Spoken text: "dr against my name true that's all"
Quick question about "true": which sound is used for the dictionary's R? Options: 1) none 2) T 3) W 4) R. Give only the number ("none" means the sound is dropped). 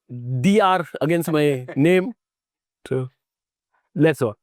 1